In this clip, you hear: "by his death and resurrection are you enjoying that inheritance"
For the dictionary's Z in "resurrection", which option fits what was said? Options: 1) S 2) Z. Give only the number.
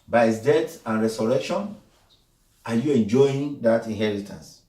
1